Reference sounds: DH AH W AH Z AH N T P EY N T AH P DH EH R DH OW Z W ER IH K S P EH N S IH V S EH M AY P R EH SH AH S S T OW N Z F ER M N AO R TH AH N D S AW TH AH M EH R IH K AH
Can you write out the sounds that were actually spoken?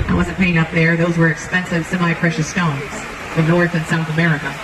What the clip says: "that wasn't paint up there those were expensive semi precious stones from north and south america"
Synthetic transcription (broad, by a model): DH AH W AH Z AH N P EY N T AH P DH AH R DH OW Z W ER IH K S P EH N S IH V S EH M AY P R EH SH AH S S T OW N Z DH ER N AO R TH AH N S AW TH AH M EH R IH K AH